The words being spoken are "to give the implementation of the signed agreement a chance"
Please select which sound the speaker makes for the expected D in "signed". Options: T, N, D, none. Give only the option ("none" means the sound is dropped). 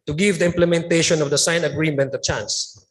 none